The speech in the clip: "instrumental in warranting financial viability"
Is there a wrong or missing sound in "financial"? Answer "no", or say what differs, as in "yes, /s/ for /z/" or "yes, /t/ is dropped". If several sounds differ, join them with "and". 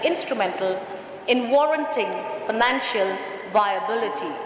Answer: no